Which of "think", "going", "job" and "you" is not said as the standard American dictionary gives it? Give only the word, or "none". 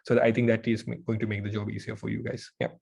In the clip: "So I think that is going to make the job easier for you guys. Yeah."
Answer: think